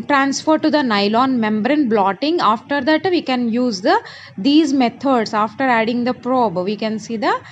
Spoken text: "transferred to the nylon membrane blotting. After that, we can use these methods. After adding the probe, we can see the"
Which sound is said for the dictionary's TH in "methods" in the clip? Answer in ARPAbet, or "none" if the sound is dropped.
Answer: T